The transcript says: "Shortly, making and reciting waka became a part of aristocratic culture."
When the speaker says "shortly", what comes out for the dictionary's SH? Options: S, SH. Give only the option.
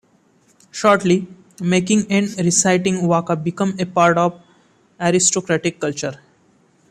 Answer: SH